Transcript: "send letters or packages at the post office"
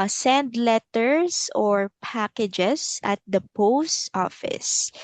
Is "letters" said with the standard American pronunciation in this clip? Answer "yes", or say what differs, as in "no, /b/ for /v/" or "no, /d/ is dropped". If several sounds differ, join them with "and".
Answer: no, /s/ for /z/